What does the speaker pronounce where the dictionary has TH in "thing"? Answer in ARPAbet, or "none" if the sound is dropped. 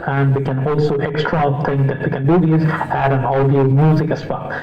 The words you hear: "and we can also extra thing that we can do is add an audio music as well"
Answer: T